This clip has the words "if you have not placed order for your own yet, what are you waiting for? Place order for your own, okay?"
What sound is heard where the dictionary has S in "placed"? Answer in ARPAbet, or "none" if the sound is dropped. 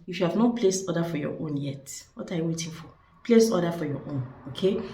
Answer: S